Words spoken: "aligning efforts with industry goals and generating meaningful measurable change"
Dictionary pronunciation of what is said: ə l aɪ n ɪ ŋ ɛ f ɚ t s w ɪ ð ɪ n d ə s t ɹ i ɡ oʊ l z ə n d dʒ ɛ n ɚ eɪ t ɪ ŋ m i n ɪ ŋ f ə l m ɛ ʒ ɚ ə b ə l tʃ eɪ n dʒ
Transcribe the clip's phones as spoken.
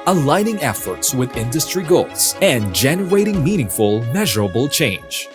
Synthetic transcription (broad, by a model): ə l aɪ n ɪ ŋ ɛ f ɚ t s w ɪ ð ɪ n d ə s t ɹ i ɡ oʊ l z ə n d dʒ ɛ n ɚ eɪ t ɪ ŋ m i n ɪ ŋ f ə l m ɛ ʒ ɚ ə b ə l tʃ eɪ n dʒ